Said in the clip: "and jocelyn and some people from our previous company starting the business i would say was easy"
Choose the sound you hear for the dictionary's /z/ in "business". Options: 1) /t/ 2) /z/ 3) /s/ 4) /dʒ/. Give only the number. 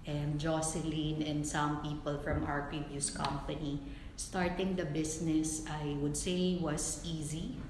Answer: 3